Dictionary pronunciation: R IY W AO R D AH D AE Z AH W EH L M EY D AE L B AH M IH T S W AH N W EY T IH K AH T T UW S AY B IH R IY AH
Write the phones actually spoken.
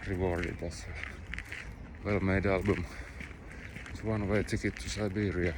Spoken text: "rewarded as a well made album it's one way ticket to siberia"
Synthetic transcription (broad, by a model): R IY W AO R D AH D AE S AH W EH L M EY D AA L B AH M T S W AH N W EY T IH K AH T T UW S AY B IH R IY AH